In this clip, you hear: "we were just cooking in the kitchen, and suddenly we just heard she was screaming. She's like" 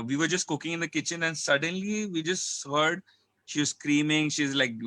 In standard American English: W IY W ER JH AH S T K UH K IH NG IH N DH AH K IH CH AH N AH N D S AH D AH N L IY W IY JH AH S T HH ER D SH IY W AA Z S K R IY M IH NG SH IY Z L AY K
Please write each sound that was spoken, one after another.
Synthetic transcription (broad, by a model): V IY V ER JH AH S T K UH K IH NG IH N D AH K IH CH AH N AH N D S AH D AH N L IY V IY JH AH S T HH ER D SH IY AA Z S K R IY M IH NG SH IY Z L AY K